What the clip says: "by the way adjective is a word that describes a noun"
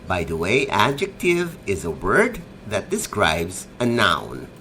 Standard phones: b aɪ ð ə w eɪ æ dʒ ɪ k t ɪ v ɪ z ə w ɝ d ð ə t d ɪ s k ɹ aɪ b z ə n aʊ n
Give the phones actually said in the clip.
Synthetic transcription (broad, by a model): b aɪ ð ə w eɪ æ dʒ ɪ k t ɪ v ɪ z ə w ɝ d ð ə t d ɪ s k ɹ aɪ b z ə n aʊ n